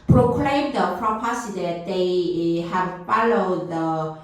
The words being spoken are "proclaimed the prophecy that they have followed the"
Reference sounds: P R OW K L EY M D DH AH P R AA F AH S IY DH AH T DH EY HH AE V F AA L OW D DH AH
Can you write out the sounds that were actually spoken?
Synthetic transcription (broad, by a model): P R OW K L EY M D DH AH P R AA P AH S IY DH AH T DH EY HH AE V F AA L OW D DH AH